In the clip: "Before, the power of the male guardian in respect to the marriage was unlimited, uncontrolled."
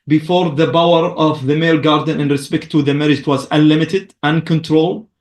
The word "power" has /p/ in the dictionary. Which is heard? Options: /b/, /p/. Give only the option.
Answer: /b/